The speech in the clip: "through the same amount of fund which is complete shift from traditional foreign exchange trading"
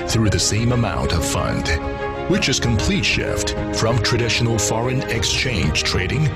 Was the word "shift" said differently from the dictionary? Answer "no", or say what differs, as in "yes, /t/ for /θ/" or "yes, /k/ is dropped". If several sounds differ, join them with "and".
no